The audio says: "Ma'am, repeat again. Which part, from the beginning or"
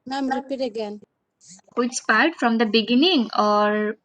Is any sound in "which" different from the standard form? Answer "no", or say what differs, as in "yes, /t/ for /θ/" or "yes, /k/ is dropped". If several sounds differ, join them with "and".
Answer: yes, /s/ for /tʃ/